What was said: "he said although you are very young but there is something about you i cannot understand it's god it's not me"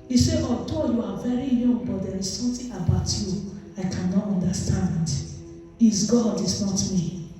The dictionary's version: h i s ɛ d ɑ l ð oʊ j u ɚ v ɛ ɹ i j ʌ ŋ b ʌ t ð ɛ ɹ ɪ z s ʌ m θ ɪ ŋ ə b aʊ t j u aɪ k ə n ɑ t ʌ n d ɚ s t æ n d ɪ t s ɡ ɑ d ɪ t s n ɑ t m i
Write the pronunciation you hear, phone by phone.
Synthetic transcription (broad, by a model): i s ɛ ɑ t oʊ j u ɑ v ɛ ɹ i j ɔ ŋ b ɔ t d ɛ ɹ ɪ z s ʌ m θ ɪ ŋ ə b aʊ t j u aɪ k ə n ɑ t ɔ n d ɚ s t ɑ n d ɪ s ɡ ɑ d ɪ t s n ɑ t m i